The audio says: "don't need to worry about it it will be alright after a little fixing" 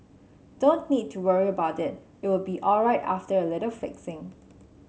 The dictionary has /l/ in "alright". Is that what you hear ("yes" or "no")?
yes